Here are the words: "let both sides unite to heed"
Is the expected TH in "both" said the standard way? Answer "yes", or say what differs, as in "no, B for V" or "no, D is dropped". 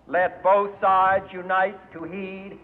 yes